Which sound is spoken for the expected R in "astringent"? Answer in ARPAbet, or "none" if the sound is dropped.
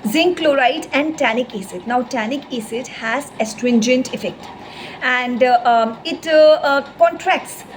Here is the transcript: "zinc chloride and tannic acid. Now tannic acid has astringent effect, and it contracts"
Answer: R